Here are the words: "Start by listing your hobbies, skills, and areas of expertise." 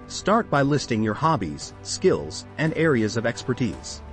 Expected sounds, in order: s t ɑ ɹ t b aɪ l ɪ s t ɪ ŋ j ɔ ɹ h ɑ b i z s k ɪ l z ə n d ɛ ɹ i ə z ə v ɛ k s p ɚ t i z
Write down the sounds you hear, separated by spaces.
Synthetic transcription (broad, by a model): s t ɑ ɹ t b aɪ l ɪ s t ɪ ŋ j ɔ ɹ h ɑ b i z s k ɪ l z ə n d ɛ ɹ i ə z ə v ɛ k s p ɚ t i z